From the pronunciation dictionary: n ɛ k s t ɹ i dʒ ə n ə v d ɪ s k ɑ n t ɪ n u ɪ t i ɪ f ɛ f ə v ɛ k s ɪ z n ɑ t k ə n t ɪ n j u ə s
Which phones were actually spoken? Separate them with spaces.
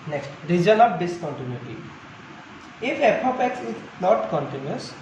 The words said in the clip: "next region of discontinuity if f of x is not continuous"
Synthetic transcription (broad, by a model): n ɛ k s t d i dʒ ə l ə p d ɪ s k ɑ n t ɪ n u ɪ t i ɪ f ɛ p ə p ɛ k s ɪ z n ɑ t k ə n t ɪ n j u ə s